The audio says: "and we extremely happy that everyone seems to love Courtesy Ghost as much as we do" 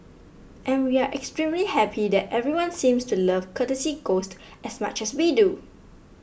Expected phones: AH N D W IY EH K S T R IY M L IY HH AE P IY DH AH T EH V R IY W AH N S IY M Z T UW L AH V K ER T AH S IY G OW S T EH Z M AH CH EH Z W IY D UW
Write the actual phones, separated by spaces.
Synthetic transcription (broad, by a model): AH N W IY EH K S T R IY M L IY HH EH P IY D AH T EH V R IY W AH N S IY M S T UW L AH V K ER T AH S IY G OW S T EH S M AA CH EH S W IY D UW